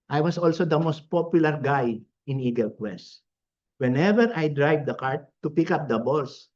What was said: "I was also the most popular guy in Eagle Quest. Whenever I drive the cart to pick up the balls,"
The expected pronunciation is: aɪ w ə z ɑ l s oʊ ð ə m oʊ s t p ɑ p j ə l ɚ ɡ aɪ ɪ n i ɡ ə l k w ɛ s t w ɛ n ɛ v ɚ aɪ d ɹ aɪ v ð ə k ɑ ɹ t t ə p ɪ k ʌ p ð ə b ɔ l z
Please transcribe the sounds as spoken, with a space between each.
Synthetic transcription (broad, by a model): aɪ w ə s ɑ l s oʊ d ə m oʊ s t p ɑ p j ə l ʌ ɡ aɪ ɪ n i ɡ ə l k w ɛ s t w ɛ n ɛ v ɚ aɪ d ɹ aɪ v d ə k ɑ ɹ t t ə p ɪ k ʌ p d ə b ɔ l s